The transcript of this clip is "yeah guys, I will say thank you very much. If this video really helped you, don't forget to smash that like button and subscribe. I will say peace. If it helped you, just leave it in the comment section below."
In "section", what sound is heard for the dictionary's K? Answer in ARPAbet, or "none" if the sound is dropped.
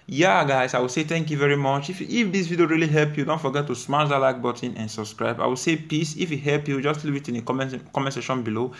none